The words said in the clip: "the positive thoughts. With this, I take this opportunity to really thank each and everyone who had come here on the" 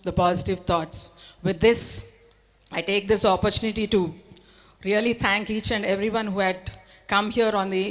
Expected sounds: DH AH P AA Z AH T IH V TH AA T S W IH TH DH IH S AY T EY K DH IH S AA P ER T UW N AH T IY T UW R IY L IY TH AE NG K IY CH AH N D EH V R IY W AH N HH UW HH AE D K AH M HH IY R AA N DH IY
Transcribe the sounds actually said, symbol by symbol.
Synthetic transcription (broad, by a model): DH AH P AA Z AH T IH V T AA T S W IH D IH S AY T EY K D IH S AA P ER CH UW N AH T IY T UW R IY L IY T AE NG K IY CH AH N D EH V R IY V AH N HH UW HH AE D K AH M HH IY R AA N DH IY